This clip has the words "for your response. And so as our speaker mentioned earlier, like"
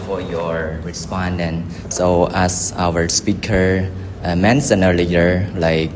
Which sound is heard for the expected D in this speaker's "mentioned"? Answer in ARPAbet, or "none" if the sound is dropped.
none